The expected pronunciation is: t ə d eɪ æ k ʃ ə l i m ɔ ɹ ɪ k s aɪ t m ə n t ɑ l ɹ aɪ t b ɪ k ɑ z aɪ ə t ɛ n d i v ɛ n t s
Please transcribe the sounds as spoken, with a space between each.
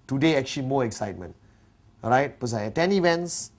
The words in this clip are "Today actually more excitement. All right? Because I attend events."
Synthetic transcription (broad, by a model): t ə d eɪ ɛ k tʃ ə l i m ɔ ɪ k s aɪ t m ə n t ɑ ɹ aɪ t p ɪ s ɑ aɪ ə t ɛ n i v ɛ n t s